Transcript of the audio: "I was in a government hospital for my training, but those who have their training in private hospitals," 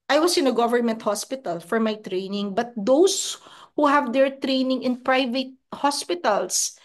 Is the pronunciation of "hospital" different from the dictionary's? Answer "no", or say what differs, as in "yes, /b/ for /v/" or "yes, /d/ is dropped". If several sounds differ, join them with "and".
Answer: no